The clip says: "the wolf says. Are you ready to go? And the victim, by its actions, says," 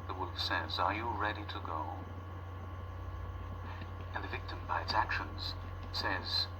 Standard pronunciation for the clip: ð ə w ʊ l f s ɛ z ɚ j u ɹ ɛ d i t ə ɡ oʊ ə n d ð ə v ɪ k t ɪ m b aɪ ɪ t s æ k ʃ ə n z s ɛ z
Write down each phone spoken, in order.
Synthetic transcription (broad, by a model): ð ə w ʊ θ s ɛ z ɚ j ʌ ɹ ɛ d i t ə ɡ oʊ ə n ð ə v ɪ k t ɪ m b aɪ ɪ t s æ k ʃ ə n z s ɛ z